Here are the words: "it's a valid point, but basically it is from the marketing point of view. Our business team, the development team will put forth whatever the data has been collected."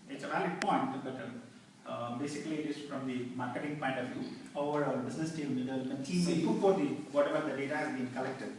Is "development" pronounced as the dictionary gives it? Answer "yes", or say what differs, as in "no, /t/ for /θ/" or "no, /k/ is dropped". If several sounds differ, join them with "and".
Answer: no, /m/ is dropped